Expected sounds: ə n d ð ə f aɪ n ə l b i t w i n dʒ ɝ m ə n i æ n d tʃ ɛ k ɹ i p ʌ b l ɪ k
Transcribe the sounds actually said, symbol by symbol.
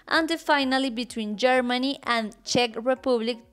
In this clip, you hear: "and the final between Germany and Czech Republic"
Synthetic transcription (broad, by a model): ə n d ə f aɪ n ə l b i t w i n dʒ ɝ m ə n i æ n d tʃ ɛ k ɹ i p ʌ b l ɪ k